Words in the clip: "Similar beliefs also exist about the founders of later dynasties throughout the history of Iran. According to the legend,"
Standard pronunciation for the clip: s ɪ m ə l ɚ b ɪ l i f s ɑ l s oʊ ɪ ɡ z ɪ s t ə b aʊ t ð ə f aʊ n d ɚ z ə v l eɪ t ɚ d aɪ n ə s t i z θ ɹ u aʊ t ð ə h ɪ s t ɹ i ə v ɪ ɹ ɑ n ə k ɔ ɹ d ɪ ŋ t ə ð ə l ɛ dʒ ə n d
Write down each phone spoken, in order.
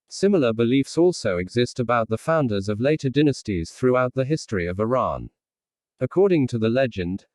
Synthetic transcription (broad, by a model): s ɪ m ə l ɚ b ɪ l i f s ɑ l s oʊ ɪ ɡ z ɪ s t ə b aʊ t ð ə f aʊ n d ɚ z ə v l eɪ t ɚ d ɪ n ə s t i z θ ɹ u aʊ t ð ə h ɪ s t ɹ i ə v ɪ ɹ ɑ n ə k ɔ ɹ d ɪ ŋ t ə ð ə l ɛ dʒ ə n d